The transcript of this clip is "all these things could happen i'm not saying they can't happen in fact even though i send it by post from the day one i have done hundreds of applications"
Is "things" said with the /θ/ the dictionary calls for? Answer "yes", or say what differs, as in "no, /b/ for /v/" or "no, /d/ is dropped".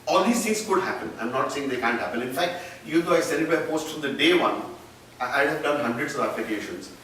no, /t/ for /θ/